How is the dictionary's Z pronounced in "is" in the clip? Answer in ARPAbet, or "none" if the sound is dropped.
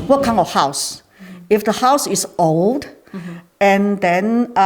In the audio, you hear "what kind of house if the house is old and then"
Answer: S